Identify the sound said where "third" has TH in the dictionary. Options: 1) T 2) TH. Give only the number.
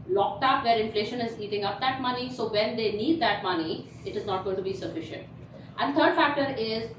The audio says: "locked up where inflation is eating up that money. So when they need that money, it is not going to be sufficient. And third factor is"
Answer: 1